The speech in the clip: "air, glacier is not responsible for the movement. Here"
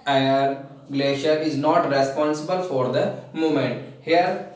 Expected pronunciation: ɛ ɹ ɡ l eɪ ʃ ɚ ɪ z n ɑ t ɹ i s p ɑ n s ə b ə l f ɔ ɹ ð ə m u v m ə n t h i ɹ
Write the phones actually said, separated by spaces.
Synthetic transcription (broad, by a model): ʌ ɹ ɡ l eɪ ʃ ɚ ɪ z n ɑ t ɹ i s p ɑ n s ə b ə l f ɔ ɹ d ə m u m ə n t h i ɹ